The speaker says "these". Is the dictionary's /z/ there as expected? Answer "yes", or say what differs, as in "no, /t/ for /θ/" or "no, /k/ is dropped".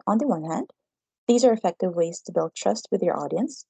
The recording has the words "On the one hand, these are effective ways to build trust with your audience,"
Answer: yes